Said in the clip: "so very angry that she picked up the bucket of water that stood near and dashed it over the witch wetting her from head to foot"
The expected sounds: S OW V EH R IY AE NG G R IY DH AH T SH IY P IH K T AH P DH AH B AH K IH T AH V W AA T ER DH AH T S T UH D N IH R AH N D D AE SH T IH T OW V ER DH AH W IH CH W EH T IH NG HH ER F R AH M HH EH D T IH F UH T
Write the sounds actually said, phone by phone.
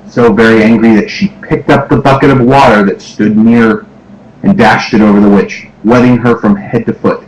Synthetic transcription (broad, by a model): S OW V EH R IY AE NG G R IY DH AH T SH IY P IH K T AH P DH AH B AH K IH T AH V W AA T ER DH AH T S T UH D N IH R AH N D D AE SH T IH T OW V ER DH AH W IH CH W EH T IH NG ER F R AH M HH EH D T IH F UH T